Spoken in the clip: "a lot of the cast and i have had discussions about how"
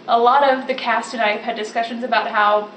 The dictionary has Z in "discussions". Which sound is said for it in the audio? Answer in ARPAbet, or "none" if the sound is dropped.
Z